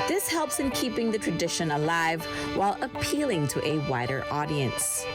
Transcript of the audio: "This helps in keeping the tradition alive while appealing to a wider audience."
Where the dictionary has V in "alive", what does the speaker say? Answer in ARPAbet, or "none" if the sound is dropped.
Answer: V